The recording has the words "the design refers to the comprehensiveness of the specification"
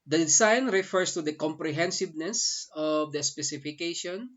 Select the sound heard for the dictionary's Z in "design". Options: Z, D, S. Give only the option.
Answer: S